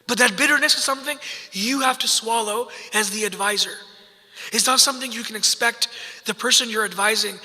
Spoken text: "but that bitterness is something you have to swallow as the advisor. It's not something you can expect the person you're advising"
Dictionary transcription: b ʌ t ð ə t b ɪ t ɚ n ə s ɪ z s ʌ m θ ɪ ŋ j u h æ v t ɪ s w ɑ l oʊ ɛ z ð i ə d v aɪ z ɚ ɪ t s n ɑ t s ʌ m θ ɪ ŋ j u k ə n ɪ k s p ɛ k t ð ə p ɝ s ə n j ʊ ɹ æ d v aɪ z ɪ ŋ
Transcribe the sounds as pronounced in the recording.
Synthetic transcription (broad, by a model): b ʌ t ð ə t b ɪ t ɚ n ə s ɪ z s ʌ m θ ɪ ŋ j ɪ h æ f t ɪ s w ɑ l oʊ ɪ z ð i ə d v aɪ z ɚ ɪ t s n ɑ t s ʌ m θ ɪ ŋ j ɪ k ə n ɪ k s p ɛ k t ð ə p ɝ s ə n j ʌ ɹ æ d v aɪ z ɪ ŋ